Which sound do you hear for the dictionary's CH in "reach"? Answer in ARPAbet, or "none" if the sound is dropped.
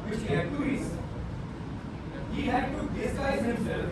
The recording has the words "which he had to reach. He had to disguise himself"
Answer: S